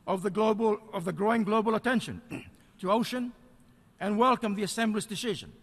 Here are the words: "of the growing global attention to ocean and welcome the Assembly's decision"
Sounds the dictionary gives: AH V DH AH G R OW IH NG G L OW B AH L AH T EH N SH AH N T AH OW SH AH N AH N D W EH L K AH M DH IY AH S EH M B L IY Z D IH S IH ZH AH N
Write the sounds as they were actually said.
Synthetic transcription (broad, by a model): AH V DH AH G R OW IH NG G L OW B AH L AH T EH N SH AH N T AH OW SH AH N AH N W EH L K AH M DH IY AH S EH M B L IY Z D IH S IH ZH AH N